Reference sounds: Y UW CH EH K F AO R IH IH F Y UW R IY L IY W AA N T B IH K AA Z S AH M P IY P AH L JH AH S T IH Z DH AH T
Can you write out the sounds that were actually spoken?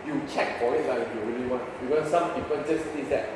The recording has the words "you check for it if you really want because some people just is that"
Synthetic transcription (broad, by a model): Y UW CH EH K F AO L IH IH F Y UW R IY L IY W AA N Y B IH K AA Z S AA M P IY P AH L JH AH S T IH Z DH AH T